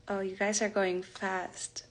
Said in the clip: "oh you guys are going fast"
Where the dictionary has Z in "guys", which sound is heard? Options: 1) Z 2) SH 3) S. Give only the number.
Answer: 1